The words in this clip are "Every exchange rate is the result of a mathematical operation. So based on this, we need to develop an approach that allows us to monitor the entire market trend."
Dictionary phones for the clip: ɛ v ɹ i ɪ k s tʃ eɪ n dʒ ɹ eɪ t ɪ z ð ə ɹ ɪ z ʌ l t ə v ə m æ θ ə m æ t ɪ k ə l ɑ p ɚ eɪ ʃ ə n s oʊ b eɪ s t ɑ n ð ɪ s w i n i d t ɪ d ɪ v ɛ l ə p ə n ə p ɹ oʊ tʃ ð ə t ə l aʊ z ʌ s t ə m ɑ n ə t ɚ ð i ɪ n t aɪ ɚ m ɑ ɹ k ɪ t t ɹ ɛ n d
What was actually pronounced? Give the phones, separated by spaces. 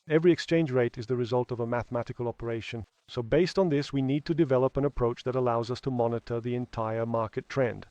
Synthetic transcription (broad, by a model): ɛ v ɹ i ɪ k s tʃ eɪ n dʒ ɹ eɪ t ɪ z ð ə ɹ ɪ z ʌ l t ə v ə m æ θ ə m æ t ɪ k ə l ɑ p ɚ eɪ ʃ ə n s oʊ b eɪ s t n ð ɪ s w i n i d t ɪ d ɪ v ɛ l ə p ə n ə p ɹ oʊ tʃ ð ə t ə l aʊ z ʌ s t ə m ɑ n ə t ɚ ð i ɪ n t aɪ ɚ m ɑ ɹ k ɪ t t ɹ ɛ n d